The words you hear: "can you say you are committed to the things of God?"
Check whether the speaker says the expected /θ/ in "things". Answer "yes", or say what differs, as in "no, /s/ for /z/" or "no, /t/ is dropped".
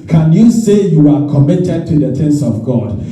no, /t/ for /θ/